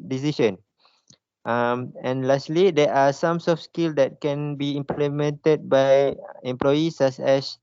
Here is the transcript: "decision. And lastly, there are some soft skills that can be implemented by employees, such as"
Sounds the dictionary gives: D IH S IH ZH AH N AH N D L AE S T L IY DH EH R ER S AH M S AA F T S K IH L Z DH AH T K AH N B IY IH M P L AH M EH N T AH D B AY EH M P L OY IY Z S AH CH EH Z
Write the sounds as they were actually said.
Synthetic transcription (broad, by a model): D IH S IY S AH N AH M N L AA S T L IY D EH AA S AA M S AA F S K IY L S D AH T K AH N B IY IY M P L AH M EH N T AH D B AY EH M P L OY IY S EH S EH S